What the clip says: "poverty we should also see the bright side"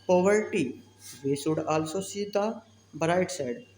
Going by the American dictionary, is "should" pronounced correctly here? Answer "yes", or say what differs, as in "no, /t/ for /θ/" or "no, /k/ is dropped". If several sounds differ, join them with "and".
no, /s/ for /ʃ/